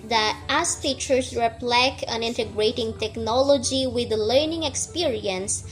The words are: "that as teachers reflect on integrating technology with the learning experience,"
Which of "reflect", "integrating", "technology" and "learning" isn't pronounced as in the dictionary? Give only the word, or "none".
reflect